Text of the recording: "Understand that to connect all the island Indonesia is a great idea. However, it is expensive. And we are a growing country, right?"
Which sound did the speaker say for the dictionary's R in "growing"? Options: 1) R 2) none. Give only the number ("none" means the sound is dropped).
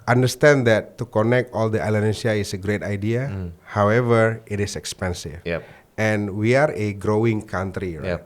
1